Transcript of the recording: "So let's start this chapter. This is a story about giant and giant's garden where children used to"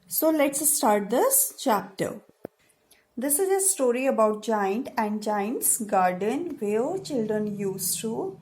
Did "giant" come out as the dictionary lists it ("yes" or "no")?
yes